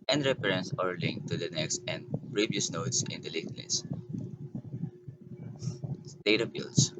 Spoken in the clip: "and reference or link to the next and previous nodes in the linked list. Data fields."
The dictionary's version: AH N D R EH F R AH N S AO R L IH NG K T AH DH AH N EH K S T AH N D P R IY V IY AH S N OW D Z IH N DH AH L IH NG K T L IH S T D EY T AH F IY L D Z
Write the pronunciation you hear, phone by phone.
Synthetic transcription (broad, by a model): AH N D R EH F R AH N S AO R L IH NG K T AH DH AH N EH K S T AH N D P R IY V IY AH S N OW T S IH N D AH L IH K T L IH S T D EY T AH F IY L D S